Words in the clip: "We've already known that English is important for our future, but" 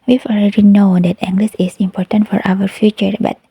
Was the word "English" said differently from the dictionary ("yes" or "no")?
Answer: yes